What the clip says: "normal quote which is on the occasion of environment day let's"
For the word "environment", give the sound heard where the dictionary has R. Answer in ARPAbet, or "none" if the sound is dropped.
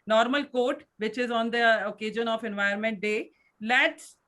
none